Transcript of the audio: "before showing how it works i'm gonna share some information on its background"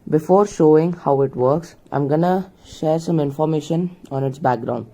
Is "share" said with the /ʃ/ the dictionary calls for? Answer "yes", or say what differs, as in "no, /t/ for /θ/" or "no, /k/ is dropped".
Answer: yes